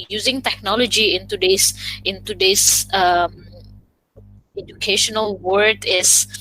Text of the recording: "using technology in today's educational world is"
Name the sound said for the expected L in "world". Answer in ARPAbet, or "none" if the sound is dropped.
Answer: none